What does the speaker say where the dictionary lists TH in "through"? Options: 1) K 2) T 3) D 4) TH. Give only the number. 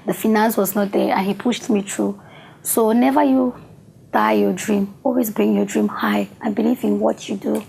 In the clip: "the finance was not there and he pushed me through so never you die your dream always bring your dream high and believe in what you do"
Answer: 2